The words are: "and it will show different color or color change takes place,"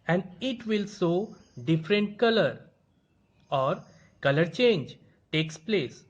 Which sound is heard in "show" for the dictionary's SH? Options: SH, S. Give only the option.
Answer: S